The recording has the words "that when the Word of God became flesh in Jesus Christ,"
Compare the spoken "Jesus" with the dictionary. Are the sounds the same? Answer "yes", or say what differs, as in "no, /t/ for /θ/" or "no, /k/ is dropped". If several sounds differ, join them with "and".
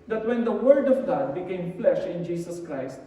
no, /s/ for /z/